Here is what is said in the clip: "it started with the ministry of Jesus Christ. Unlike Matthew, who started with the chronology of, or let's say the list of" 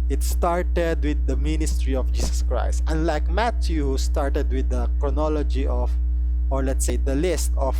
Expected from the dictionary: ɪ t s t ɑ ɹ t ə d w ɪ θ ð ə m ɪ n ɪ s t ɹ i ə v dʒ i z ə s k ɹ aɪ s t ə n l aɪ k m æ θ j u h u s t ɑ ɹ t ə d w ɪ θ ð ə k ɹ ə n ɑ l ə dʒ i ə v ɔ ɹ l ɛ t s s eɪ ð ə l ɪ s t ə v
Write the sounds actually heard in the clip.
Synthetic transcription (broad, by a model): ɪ t s t ɑ ɹ t ə d w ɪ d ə m ɪ n ɪ s t ɹ i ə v dʒ i s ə s k ɹ aɪ s t ə n l aɪ k m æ t j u h u s t ɑ ɹ t ə d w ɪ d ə k ɹ ə n ɑ l ə dʒ i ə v ɔ ɹ l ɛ t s s eɪ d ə l ɪ s t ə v